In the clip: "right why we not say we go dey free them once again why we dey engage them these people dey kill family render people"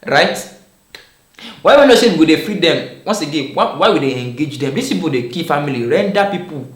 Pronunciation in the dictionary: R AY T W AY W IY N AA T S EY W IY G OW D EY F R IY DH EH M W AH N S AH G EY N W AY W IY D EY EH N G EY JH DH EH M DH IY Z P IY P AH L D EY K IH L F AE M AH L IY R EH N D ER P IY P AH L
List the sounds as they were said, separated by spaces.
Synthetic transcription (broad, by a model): R AY T W AY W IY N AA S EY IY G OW D EY F R IY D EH M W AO N S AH G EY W W AY W IY D EY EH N G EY JH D EH M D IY S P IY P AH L D EY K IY F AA M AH L IY R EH N D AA P IY P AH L